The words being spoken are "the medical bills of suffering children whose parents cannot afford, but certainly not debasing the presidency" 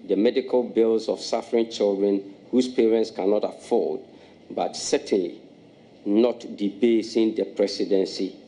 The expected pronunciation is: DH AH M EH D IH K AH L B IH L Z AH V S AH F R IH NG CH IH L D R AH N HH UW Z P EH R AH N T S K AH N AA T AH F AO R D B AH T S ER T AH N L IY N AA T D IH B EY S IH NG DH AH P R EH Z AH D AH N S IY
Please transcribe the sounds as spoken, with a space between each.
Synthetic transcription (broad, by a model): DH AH M EH D IH K AH L B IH L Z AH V S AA F R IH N CH IH L D R AH N HH UW S P EH R AH N T S K AH N AA T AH F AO L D B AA T S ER T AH N L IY N AA T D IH B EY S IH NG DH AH P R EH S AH D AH N S IY